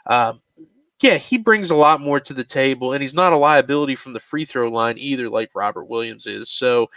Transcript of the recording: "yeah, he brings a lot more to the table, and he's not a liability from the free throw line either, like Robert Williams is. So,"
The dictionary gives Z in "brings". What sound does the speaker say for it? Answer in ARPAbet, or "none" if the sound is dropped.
Z